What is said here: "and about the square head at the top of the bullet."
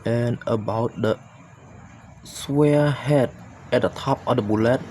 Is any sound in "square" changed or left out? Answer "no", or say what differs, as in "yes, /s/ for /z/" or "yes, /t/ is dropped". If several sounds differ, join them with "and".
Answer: yes, /k/ is dropped